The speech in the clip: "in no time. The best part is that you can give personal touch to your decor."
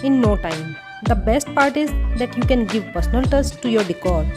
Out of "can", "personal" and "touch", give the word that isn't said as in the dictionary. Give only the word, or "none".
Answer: touch